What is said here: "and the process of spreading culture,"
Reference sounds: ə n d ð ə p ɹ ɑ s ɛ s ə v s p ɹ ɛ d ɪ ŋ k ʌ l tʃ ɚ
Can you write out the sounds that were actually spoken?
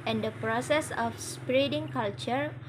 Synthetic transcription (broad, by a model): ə n d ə p ɹ ɑ s ɛ s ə f s p ɹ ɛ d ɪ ŋ k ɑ l tʃ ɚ